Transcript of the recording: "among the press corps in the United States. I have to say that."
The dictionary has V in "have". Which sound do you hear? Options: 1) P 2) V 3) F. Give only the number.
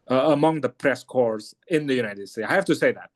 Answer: 3